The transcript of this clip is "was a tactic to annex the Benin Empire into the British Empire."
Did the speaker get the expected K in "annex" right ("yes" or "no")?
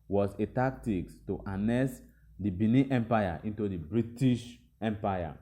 no